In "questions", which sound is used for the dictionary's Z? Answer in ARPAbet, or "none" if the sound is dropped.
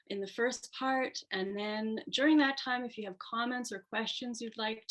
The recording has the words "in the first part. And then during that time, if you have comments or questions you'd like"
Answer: Z